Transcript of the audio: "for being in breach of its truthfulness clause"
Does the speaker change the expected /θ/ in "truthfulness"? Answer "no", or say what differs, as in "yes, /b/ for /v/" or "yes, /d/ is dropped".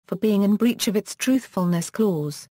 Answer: no